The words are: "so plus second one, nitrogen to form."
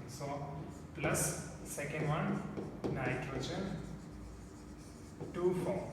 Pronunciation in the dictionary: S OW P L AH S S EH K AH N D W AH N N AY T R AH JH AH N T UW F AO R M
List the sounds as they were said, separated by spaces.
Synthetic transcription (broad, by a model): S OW P L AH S S EH K AH N D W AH N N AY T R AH CH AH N T UW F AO